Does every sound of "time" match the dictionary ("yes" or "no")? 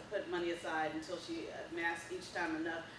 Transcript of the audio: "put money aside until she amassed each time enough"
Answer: yes